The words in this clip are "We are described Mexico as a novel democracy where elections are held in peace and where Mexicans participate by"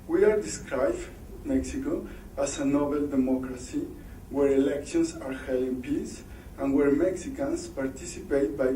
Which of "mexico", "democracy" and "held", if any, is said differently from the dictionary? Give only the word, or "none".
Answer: held